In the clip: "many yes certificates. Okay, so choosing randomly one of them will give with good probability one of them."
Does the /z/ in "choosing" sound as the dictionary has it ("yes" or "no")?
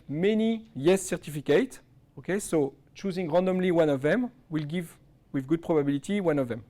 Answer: yes